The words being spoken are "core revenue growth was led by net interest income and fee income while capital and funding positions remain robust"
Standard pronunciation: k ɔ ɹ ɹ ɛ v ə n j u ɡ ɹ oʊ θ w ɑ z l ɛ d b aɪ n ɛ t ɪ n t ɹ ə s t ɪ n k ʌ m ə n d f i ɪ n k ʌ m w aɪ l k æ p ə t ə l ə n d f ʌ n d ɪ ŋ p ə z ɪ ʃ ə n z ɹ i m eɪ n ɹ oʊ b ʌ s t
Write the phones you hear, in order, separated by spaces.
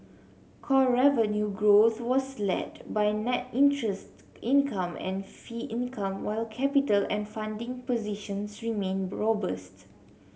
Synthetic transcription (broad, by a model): k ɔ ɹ ɹ ɛ v ə n j u ɡ ɹ oʊ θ w ɑ s l ɛ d b aɪ n ɛ t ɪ n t ɹ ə s t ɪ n k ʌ m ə n f i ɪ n k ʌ m w aɪ l k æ p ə t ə l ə n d f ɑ n d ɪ ŋ p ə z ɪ ʃ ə n s ɹ i m eɪ n ɹ oʊ b ʌ s t